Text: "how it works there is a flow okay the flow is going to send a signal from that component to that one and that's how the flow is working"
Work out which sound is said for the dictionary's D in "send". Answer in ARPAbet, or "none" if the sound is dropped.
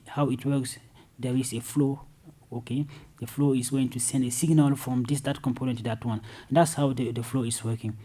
D